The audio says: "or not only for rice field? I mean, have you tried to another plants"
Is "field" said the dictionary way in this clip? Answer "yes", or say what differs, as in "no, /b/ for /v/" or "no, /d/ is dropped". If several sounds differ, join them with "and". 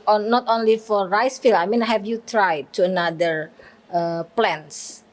no, /d/ is dropped